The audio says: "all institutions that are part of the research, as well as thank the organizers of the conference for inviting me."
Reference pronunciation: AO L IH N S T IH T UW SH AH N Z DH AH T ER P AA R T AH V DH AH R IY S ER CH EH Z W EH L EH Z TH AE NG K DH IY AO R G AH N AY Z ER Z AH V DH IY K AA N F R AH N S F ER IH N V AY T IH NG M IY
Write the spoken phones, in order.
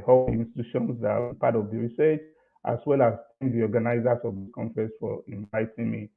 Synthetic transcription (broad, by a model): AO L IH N S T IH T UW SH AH N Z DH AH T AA P AA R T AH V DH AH R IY S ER CH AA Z W EH L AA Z T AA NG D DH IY AO G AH N AY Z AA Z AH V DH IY K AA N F R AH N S F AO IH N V AY T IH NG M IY